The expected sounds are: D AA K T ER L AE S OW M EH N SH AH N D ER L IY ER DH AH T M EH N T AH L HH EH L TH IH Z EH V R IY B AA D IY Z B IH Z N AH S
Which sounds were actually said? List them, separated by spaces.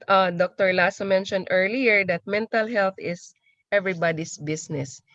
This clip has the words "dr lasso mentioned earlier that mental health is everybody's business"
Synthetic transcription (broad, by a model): D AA K T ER L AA S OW M EH N SH AH N D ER L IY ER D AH T M EH N T AH L HH EH L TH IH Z EH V R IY B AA D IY S B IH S N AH S